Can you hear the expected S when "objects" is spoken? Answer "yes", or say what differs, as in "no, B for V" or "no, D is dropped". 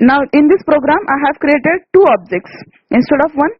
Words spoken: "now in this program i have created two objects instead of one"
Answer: yes